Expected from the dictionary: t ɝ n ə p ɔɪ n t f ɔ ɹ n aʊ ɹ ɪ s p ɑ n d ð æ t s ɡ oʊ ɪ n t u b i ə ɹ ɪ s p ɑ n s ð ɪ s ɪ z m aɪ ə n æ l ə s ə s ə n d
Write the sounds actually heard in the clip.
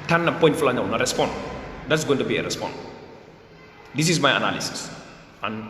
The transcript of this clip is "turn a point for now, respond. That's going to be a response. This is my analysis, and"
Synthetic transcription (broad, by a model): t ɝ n ə p ɔɪ n t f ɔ l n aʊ ɹ ɪ s p ɑ n d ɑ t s ɡ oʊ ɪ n t u b i ə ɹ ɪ s p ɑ n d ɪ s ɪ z m aɪ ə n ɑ l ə s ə s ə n